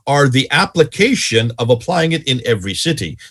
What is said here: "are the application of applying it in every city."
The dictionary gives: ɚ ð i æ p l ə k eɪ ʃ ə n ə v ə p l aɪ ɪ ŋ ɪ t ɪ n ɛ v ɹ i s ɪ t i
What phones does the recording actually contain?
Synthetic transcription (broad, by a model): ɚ ð i æ p l ə k eɪ ʃ ə n ə v ə p l aɪ ɪ ŋ ɪ t ɪ n ɛ v ɹ i s ɪ t i